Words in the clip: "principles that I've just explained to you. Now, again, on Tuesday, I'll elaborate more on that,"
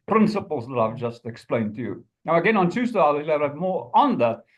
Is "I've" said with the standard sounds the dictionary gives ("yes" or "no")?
yes